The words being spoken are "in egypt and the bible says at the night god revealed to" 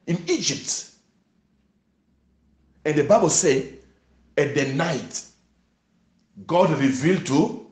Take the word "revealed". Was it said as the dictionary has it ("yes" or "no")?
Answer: yes